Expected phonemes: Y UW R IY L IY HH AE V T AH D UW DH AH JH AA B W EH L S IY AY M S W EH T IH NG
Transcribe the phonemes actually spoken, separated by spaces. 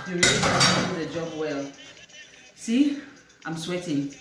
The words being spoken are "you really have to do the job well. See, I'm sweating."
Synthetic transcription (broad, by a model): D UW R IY IY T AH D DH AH JH AA B W EH L S IY AY M S W EH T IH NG